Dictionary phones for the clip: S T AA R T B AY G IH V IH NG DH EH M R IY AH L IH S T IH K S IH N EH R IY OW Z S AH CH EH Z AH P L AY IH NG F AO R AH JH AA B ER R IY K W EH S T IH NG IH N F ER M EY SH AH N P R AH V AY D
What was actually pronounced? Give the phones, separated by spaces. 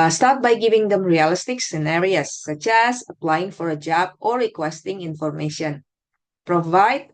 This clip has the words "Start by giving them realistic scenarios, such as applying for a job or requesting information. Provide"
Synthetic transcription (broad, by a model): S T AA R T B AY G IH V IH NG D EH M R IY AH L IH S T IH K S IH N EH R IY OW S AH CH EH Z AH P L AY IH NG F AO R AH JH AA B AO R IY K W EH S T IH NG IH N F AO M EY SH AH N P R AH V AY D